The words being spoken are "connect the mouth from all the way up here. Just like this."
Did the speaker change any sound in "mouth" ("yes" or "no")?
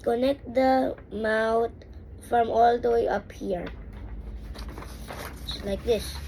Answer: yes